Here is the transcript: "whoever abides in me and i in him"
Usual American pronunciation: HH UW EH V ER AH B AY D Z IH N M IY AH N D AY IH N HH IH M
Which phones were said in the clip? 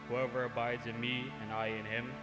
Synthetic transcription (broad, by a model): HH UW EH V ER AH B AY D Z IH N M IY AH N AY IH N HH IH M